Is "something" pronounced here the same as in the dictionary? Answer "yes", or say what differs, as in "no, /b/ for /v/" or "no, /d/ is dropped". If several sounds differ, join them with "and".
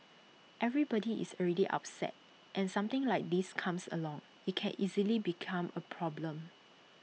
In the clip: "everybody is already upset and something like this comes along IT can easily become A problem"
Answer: no, /t/ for /θ/